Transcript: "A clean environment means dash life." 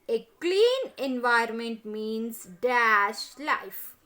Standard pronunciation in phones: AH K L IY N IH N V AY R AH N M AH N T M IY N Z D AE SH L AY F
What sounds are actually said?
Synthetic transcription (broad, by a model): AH K L IY N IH N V AY AH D M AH N T M IY N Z D AE SH L AY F